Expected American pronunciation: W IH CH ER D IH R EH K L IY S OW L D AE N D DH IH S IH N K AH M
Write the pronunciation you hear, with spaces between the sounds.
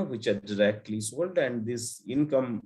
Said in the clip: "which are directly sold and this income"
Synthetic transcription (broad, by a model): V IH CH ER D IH R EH K L IY S OW L D AE N D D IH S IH N K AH M